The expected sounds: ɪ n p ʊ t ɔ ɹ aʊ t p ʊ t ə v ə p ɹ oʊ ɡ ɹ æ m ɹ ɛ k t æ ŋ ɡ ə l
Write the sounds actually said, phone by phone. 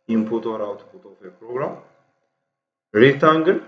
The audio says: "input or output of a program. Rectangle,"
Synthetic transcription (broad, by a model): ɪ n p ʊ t ɔ ɹ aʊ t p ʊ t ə f ə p ɹ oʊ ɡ ɹ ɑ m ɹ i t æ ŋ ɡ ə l